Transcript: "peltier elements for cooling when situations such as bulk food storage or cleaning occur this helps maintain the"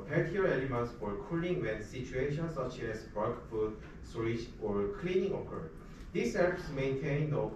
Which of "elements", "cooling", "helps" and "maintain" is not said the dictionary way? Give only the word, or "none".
helps